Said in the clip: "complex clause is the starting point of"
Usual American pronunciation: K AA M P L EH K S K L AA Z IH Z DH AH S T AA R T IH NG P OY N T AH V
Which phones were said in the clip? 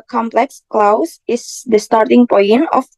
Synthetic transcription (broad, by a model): K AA M P L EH K S K L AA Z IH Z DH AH S T AA R T IH NG P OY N AH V